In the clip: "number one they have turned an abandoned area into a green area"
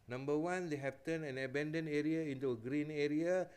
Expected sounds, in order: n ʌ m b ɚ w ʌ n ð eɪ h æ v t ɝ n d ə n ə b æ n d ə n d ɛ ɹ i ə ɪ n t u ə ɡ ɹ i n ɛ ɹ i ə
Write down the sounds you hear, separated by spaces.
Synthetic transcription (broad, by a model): n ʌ m b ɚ w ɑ n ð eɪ h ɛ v t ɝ n ə n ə b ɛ n d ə n ɛ ɹ i ə ɪ n t u ə ɡ ɹ i n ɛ ɹ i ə